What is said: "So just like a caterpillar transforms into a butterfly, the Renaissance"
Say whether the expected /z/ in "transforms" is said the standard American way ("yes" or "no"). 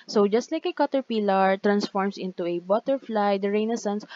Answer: no